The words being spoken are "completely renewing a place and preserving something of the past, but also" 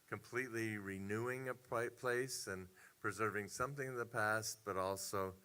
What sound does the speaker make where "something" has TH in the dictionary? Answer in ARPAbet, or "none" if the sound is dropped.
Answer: TH